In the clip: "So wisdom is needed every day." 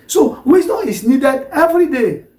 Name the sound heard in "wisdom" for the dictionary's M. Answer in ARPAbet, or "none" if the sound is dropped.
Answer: none